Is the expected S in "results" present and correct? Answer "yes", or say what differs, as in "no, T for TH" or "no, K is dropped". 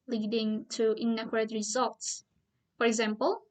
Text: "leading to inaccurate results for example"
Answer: yes